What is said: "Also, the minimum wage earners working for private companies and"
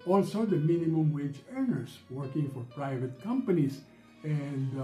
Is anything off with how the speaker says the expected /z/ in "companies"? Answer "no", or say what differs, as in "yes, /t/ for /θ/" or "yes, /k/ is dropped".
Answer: yes, /s/ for /z/